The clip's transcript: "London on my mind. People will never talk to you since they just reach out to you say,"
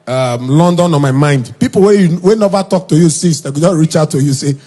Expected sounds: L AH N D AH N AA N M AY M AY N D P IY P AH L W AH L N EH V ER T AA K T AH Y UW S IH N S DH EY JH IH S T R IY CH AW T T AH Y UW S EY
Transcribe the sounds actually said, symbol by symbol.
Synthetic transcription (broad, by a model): L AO N D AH N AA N M AY M AY N D P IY P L W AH W N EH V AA T AA K T AH Y UW S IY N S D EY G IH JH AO R IY CH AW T T AH Y UW S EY